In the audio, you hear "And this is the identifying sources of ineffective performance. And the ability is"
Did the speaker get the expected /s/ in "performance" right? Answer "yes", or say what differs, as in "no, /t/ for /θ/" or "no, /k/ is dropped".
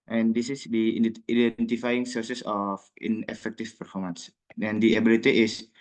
yes